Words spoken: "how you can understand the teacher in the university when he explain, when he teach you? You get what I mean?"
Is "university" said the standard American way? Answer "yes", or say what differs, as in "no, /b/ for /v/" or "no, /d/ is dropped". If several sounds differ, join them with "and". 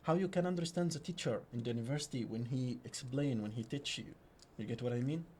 yes